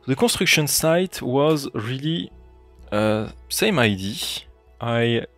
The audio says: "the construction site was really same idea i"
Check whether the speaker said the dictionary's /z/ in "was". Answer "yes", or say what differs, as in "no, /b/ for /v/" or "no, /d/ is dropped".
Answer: yes